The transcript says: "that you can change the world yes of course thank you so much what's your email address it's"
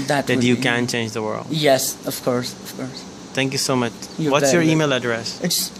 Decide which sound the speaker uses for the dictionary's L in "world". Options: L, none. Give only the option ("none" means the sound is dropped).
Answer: L